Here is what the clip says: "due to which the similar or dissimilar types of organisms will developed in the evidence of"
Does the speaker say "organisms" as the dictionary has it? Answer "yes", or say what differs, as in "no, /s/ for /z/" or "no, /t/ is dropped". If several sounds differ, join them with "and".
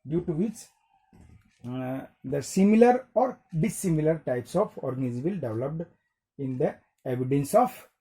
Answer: no, /m/ is dropped